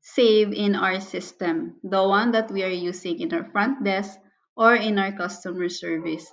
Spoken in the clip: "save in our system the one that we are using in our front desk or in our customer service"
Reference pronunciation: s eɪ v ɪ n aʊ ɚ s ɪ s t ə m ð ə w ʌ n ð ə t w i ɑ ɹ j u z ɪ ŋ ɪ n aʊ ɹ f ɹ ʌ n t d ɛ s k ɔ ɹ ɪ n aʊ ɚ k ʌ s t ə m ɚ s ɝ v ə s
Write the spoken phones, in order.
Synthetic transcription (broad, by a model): s eɪ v ɪ n aʊ ɚ s ɪ s t ə m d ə w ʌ n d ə t w i ɑ ɹ j u s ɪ ŋ ɪ n aʊ ɹ f ɹ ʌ n t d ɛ s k ɔ ɹ ɪ n aʊ ɚ k ʌ s t ə m ɚ s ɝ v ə s